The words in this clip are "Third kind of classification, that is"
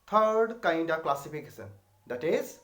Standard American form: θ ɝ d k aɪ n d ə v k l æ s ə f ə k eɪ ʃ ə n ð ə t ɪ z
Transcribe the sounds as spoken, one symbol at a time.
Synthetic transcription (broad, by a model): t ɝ d k aɪ n d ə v k l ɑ s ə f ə k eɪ s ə n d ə t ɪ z